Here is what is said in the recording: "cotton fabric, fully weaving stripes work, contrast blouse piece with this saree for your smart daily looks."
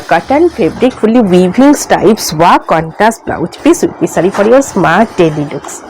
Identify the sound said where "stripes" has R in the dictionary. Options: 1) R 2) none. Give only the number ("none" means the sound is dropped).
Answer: 2